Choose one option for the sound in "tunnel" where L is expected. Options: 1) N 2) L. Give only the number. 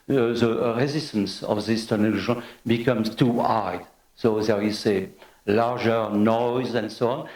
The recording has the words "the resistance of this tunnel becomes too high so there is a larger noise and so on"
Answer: 1